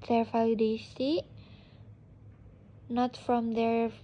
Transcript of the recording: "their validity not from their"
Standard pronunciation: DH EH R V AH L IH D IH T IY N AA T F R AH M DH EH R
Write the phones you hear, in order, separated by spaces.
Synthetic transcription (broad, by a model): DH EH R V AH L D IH S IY N AA T F R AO M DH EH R